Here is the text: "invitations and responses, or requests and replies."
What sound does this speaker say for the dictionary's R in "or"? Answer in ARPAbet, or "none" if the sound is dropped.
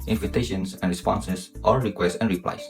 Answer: L